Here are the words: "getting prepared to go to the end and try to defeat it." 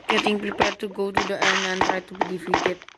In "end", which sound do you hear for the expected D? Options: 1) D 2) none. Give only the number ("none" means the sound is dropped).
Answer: 2